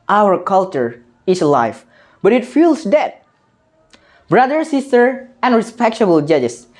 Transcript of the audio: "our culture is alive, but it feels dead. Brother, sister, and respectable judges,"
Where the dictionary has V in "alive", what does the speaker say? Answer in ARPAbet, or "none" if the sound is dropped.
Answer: F